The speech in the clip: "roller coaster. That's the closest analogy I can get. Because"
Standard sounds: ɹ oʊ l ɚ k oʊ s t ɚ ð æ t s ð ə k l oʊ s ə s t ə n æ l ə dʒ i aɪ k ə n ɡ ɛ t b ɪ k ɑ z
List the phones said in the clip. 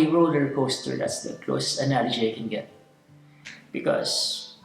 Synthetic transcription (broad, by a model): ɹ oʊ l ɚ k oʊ s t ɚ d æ t s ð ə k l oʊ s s ə n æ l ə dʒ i aɪ k ə n ɡ ɛ t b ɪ k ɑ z